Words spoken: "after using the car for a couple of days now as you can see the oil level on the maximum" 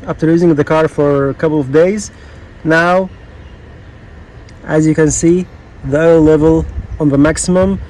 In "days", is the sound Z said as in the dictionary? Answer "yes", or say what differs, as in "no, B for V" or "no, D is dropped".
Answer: yes